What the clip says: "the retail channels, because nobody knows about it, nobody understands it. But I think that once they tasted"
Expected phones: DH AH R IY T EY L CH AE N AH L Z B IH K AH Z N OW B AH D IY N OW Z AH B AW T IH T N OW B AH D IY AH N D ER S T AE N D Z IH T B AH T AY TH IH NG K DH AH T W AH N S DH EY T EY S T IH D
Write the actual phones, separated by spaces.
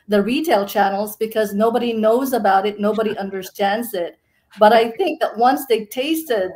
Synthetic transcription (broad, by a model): DH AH R IY T EY L CH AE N L Z B IH K AH Z N OW B AH D IY N OW Z AH B AW T IH T N OW B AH D IY AH N D ER S T AE N D Z IH T B AH T AY TH IH NG K DH AH T W AH N S DH EY T EY S T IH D